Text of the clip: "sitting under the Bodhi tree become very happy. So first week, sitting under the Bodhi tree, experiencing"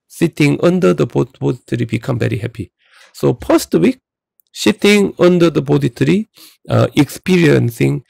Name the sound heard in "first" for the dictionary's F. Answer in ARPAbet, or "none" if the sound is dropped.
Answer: P